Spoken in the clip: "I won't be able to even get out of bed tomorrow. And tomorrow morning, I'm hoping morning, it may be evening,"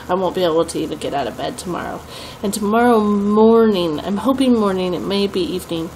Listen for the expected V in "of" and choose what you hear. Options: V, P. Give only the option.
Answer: V